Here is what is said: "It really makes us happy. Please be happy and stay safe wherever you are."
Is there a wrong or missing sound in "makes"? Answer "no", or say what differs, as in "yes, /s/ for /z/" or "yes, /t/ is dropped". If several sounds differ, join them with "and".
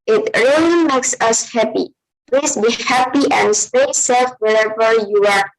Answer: no